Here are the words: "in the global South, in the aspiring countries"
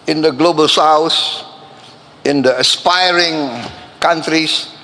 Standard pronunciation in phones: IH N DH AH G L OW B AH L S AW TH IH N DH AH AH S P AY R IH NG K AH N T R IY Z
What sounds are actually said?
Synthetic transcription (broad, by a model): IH N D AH G L OW B AH L S AW S IH N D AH AH S P AY R IH NG K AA N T R IY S